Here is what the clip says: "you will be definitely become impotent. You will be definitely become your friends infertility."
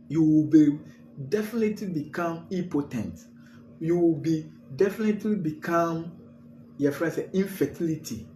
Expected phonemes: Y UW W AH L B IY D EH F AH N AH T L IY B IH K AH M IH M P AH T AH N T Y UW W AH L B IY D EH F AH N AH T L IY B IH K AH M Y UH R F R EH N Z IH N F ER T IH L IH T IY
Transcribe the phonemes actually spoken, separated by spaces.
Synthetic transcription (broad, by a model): Y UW W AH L B IY D EH F AH N AH T L IY B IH K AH M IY P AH T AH N T Y UW W AH L B IY D EH F AH N AH T L IY B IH K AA M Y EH F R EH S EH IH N F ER T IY L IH T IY